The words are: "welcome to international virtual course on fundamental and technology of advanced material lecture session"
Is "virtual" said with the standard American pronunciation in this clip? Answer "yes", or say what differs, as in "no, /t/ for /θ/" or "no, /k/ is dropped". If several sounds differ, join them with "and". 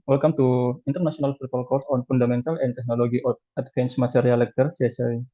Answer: no, /f/ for /v/